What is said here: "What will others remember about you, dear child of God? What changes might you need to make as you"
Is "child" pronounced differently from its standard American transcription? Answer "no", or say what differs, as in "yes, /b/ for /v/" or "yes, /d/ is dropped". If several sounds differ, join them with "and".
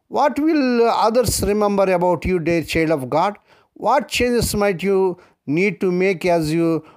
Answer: yes, /l/ is dropped